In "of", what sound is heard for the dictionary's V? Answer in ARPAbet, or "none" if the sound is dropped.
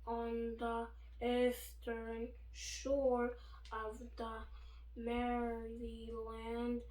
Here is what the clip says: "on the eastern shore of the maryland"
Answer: V